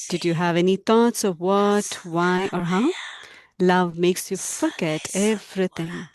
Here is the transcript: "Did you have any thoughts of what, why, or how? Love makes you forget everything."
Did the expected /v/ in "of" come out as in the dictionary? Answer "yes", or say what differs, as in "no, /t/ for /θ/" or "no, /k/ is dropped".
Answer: yes